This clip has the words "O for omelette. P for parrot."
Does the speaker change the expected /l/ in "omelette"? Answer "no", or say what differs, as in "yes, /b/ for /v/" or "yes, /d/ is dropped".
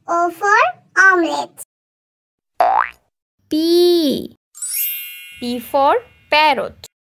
yes, /l/ is dropped